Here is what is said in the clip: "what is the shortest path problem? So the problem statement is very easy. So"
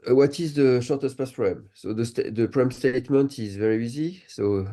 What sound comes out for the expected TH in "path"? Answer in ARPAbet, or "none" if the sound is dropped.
S